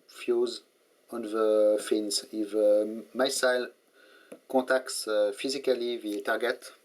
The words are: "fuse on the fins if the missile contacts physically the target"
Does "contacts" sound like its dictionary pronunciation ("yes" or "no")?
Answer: no